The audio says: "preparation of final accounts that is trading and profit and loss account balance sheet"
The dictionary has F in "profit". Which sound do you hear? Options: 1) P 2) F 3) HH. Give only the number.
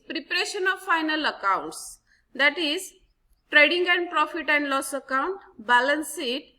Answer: 2